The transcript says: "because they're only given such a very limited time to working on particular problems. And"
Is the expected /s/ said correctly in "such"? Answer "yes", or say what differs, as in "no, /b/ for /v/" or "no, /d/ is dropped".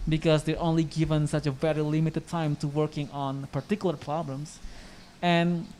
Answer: yes